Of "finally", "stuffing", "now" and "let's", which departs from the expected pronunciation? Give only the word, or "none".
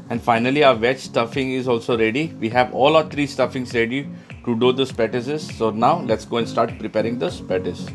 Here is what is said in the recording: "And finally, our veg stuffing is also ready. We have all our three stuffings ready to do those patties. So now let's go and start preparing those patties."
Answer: none